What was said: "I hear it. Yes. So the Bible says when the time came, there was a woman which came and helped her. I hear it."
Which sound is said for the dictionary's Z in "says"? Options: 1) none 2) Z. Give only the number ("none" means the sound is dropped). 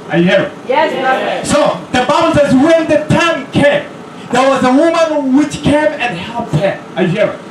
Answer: 2